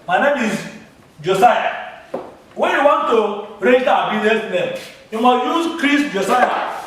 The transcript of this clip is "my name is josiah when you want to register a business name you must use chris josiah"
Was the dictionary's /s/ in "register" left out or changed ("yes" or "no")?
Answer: yes